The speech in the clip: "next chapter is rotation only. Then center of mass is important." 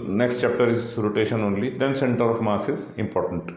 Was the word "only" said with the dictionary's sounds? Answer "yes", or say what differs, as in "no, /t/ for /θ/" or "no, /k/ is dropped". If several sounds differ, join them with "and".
yes